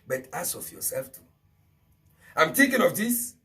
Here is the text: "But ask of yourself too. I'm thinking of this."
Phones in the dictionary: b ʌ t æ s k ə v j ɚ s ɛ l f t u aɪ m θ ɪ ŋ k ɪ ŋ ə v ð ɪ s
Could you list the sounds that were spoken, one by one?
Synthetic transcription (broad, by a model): b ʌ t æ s ə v j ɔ s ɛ l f t u aɪ m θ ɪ ŋ k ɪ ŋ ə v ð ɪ s